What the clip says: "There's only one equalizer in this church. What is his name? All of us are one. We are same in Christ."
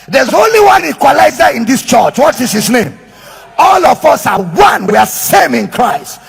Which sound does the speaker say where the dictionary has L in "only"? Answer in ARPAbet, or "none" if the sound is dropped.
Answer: L